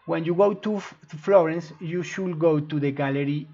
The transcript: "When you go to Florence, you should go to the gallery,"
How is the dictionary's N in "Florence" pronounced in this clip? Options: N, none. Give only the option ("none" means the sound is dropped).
N